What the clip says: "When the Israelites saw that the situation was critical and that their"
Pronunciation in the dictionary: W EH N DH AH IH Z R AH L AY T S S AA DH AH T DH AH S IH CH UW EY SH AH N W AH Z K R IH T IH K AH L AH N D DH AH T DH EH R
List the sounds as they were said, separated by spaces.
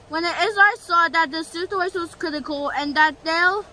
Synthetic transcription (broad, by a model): W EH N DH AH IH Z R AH IH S S AA DH AH T DH AH S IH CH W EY AH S W AH Z K R IH T IH K AH L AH N DH AH T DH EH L